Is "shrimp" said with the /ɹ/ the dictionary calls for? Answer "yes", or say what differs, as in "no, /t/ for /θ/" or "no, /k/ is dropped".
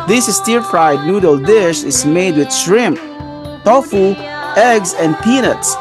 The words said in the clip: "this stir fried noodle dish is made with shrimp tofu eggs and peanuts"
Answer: yes